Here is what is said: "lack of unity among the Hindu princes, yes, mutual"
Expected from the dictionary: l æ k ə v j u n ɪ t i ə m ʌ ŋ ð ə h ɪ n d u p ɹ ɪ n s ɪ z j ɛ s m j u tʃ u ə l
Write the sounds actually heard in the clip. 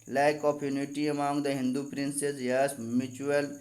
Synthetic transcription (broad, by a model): l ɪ k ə p j u n ɪ t i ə m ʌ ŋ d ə h ɪ n d u p ɹ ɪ n s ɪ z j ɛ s m j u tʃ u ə l